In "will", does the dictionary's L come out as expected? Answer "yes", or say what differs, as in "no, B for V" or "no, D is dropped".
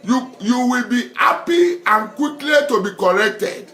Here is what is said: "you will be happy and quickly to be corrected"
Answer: no, W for L